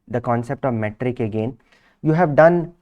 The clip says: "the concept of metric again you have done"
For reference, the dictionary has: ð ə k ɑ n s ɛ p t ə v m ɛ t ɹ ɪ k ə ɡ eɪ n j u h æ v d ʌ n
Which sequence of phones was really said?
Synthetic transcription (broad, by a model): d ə k ɑ n s ɛ p t ə v m ɛ t ɹ ɪ k ə ɡ eɪ n j u h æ v d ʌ n